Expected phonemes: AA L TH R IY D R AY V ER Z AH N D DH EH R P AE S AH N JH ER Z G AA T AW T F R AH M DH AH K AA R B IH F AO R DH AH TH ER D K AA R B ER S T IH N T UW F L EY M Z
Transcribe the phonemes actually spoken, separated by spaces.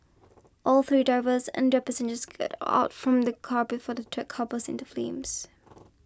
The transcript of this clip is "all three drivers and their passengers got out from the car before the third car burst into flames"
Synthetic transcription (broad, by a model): AA L TH R IY D R AY V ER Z AH N D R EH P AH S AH N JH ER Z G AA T AW T F R AH M DH AH K AA R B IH F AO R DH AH T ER K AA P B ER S IH N T UW F L EY M Z